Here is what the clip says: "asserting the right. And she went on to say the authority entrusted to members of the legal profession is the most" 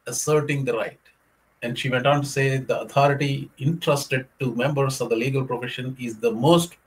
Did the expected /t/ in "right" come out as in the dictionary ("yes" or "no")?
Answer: yes